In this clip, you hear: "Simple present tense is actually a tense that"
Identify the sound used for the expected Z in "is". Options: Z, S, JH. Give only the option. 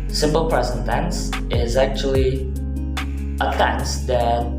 Z